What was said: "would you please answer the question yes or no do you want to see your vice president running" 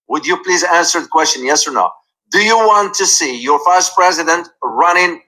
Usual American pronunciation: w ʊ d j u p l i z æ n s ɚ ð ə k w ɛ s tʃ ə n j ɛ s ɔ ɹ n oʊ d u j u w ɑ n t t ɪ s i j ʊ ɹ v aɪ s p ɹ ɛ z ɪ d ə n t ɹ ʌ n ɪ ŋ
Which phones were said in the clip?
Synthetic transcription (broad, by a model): w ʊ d j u p l i z æ n s ɚ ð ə k w ɛ s tʃ ə n j ɛ s ɔ ɹ n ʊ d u j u w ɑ n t t ɪ s i j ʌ ɹ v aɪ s p ɹ ɛ z ɪ d ə n t ɹ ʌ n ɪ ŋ